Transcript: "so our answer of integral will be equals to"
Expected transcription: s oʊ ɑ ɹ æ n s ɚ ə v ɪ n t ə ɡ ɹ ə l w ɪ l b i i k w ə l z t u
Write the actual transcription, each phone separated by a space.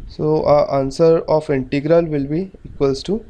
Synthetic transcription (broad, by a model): s oʊ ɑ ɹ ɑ n s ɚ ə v ɪ n t ə ɡ ɹ ə l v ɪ l b i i k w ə l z t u